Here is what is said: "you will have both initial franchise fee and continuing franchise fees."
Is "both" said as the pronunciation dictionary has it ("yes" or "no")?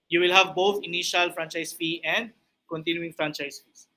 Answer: no